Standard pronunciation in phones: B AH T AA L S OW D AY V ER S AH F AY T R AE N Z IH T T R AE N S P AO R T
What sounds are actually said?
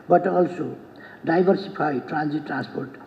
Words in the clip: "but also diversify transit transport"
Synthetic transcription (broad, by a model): B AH T AA L S OW D AY B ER S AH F AY T R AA N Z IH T T R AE N S P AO R T